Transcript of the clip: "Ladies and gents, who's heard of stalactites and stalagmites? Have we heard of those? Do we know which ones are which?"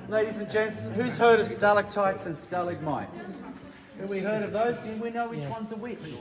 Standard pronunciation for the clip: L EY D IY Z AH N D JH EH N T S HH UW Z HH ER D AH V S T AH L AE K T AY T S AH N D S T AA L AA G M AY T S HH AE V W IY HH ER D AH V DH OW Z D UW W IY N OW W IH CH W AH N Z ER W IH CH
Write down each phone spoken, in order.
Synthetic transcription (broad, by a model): L EY D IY Z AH N JH EH N T S HH UW Z HH ER D AH V S T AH L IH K T AY T S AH N S T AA L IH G M AY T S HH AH W IY HH ER D AH V DH OW Z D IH W IY N OW W IH CH W AH N Z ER W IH CH